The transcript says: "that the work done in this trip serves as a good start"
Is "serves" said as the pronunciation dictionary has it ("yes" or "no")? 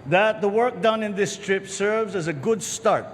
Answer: yes